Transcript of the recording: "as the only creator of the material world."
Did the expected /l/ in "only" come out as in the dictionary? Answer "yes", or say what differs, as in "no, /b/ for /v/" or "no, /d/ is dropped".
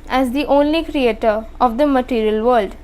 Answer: yes